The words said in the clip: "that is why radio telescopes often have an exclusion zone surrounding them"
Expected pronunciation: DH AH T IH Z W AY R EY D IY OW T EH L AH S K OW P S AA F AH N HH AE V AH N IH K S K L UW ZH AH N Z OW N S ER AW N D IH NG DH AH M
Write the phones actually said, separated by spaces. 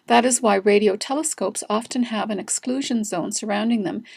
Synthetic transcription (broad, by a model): DH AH T IH Z W AY R EY D IY OW T EH L AH S K OW P S AA F AH N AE V AH N IH K S K L UW ZH AH N Z OW N S ER AW N D IH NG DH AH M